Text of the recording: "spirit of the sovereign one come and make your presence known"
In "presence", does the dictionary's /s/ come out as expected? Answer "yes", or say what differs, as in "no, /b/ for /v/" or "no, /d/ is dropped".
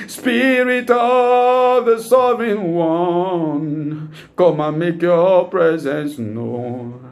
yes